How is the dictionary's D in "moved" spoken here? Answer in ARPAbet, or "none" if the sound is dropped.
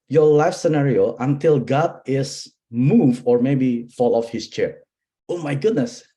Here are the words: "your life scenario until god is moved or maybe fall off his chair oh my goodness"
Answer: none